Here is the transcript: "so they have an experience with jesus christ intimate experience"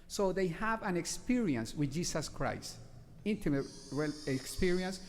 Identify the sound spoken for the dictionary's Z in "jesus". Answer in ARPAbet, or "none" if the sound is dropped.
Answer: S